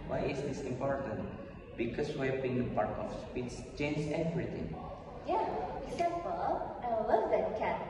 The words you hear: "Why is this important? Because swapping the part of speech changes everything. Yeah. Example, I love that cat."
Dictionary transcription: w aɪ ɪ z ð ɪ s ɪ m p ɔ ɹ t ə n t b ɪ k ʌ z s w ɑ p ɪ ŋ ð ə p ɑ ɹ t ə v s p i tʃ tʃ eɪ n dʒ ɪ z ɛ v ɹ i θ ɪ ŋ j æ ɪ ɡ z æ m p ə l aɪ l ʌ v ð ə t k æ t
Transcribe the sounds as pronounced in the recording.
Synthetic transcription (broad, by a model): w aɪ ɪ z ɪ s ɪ m p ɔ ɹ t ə n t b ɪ k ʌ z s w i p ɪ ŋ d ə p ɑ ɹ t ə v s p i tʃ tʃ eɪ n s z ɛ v ɹ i t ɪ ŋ j æ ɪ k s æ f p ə n aɪ l ʌ v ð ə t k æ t